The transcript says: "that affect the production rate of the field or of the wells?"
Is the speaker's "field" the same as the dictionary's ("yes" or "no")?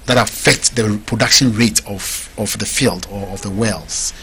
yes